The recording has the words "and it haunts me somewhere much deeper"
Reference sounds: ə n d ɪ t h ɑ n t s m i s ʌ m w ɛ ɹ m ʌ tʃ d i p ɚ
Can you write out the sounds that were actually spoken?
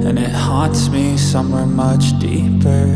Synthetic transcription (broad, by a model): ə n ɪ t h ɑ t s m i s ʌ m w ɛ ɹ m ʌ tʃ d i p ɚ